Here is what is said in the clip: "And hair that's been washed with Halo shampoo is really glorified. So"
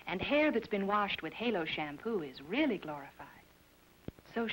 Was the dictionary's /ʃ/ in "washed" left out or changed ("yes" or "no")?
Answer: no